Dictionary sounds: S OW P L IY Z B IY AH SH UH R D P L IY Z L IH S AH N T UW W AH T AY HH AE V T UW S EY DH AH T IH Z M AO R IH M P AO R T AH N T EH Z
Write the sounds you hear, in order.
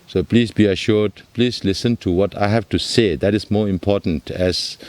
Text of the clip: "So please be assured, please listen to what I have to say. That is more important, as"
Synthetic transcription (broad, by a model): S OW P L IY S B IY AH SH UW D P L IY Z L IH S AH N T UW W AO T AY HH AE F T UW S EY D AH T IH S M AO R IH M P AO T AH N T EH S